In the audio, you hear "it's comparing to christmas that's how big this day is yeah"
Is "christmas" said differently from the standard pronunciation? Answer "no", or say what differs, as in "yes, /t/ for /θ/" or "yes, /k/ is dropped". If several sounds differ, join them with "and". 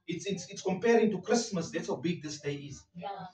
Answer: no